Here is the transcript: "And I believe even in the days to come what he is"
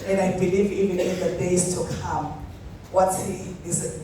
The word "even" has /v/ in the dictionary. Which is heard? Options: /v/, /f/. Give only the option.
/v/